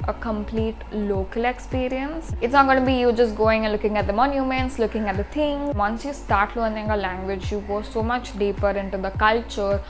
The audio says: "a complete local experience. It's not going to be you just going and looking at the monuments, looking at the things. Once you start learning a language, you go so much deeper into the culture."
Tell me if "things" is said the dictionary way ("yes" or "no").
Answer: no